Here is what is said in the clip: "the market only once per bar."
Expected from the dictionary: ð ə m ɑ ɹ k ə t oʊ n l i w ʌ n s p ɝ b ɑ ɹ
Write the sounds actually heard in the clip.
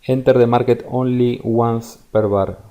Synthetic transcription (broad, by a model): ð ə m ɑ ɹ k ə t oʊ n l i w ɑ n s p ɝ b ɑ ɹ